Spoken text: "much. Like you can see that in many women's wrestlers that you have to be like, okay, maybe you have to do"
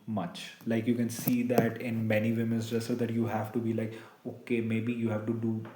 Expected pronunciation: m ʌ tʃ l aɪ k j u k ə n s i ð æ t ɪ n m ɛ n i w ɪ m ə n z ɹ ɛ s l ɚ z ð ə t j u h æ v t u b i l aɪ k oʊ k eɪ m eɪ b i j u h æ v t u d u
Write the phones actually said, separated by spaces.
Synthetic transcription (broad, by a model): m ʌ tʃ l aɪ k j u k ə n s i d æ t ɪ n m ɛ n i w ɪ m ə n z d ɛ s ɚ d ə t j u h æ v t u b i l aɪ k oʊ k eɪ m eɪ b i j u h æ v t u d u